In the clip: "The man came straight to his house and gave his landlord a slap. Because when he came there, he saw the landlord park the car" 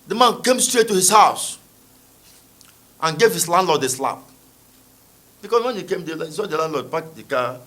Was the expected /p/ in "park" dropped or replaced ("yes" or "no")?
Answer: yes